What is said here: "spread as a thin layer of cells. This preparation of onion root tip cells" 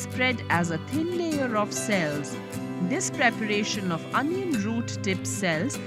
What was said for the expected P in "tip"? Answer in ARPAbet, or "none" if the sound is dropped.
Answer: P